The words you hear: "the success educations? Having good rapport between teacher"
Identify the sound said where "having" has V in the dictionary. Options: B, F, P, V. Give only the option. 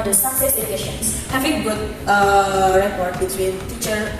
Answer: F